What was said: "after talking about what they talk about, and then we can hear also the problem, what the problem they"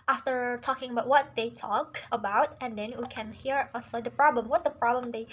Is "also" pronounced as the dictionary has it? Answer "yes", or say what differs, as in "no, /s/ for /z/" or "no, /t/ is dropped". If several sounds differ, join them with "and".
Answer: no, /l/ is dropped